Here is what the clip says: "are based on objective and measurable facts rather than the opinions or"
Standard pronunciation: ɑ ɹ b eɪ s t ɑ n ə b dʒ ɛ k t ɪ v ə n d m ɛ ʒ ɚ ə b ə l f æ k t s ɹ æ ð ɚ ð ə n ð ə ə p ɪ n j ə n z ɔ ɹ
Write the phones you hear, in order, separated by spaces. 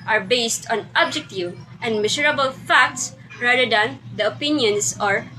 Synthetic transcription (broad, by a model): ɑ ɹ b eɪ s t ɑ n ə b dʒ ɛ k t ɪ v ə n d m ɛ s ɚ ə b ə l f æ k t s ɹ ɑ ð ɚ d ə n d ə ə p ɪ n j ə n s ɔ ɹ